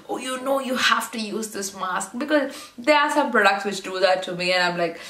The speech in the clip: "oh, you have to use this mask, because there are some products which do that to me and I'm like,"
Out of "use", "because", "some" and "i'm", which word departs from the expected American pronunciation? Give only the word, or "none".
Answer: none